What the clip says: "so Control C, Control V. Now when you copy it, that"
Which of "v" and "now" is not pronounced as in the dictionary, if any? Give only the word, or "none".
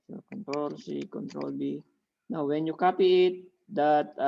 v